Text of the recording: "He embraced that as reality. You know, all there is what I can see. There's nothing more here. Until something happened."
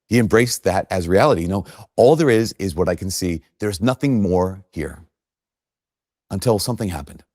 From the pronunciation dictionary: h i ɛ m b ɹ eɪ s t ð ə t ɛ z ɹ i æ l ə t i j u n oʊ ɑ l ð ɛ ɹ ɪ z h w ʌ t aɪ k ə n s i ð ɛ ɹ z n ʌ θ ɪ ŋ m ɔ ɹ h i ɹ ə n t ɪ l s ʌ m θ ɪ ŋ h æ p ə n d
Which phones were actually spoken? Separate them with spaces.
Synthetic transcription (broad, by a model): h i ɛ m b ɹ eɪ s ð ə t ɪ z ɹ i æ l ə t i j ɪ n oʊ ɑ l ð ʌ ɹ ɪ z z w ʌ t aɪ k n s i ð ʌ ɹ z n ʌ θ ɪ ŋ m ɔ ɹ h i ɹ ə n t ɪ l s ʌ m θ ɪ ŋ h æ p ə n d